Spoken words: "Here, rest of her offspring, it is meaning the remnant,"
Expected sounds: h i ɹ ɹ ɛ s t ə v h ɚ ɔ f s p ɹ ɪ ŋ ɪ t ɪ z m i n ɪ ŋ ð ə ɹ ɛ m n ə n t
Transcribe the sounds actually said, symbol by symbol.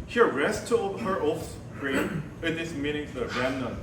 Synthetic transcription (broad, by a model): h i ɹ ɹ ɛ s t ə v h ɚ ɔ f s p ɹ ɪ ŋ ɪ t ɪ s m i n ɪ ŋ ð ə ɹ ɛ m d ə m